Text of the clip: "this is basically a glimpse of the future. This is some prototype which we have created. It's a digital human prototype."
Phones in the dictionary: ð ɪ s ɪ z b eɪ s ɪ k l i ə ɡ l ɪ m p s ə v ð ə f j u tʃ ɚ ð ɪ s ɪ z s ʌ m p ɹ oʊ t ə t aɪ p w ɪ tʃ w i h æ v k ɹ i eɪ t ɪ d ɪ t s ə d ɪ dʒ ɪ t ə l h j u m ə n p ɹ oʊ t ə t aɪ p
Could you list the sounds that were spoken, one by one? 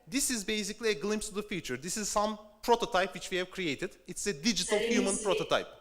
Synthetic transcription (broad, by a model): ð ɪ s ɪ z b eɪ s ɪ k l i ə ɡ l ɪ m p s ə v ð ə f j u tʃ ɚ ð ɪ s ɪ z s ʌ m p ɹ oʊ t ə t aɪ p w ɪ tʃ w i h æ v k ɹ i eɪ t ɪ d ɪ t s ə d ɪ dʒ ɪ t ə l h j u m ə n p ɹ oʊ t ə t aɪ p